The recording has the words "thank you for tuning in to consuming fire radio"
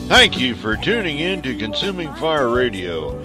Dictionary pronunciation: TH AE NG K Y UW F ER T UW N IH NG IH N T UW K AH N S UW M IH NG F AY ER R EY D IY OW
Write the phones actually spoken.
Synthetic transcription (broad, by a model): TH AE NG K Y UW F ER T UW N IH NG IH N T UW K AH N S UW M IH NG F AY ER R EY D IY OW